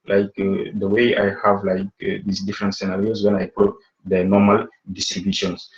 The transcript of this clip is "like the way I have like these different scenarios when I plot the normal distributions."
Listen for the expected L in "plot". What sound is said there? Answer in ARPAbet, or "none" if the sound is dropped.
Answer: none